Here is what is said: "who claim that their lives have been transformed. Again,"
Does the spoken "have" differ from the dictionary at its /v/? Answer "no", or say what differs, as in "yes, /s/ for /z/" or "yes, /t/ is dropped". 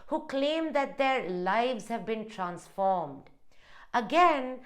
no